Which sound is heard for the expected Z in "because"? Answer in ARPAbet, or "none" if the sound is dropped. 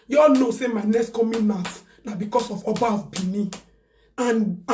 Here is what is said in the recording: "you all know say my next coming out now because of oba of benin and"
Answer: S